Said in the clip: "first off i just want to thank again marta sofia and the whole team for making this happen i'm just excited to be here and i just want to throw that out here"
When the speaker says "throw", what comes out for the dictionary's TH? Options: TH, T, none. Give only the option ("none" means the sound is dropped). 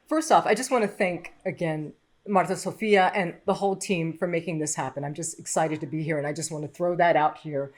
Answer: TH